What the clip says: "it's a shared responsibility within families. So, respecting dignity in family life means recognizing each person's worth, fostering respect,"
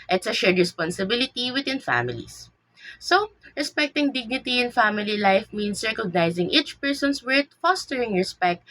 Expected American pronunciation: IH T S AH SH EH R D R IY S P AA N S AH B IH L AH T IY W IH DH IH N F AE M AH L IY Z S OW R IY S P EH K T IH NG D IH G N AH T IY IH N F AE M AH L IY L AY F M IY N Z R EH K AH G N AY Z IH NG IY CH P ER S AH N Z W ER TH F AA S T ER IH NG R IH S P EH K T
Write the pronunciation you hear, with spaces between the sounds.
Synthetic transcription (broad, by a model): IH T S AH SH EH R D R IY S P AA N S AH B IH L AH T IY W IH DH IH N F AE M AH L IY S S OW R IY S P EH K T IH NG D IH G N AH T IY IH N F AE M AH L IY L AY F M IY N S R EH K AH G N AY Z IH NG IY CH P ER S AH N S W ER T F AA S T ER IH NG R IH S P EH K T